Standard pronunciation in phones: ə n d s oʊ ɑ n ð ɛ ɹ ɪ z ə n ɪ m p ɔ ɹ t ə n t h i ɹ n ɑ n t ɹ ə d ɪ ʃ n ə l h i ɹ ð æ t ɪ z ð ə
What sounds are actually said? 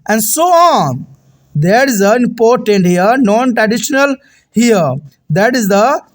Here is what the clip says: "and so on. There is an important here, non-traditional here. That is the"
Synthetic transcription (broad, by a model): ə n d s oʊ ɑ n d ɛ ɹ ɪ z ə ɪ m p ɔ ɹ t ə n t h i ɹ n ɑ n t ɹ ə d ɪ ʃ n ə l h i ɹ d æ t ɪ z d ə